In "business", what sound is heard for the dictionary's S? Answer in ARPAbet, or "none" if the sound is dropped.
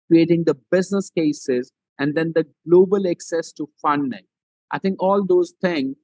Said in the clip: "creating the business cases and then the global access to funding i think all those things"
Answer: S